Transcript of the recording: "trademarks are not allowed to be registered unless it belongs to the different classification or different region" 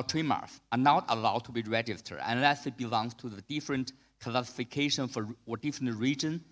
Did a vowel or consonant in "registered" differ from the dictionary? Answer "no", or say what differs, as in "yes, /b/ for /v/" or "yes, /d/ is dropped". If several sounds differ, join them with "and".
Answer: yes, /d/ is dropped